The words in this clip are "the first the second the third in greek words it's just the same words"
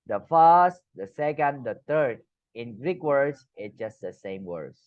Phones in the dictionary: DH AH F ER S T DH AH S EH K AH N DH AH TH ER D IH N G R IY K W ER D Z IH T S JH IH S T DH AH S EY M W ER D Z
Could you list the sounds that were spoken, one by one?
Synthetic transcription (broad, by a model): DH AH F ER S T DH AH S EH K AH N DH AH T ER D IH N G R IY K W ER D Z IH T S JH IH S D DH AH S EY M W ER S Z